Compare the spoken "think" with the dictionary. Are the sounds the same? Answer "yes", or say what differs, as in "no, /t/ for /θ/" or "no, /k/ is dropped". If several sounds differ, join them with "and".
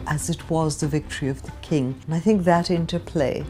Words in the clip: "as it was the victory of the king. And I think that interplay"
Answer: yes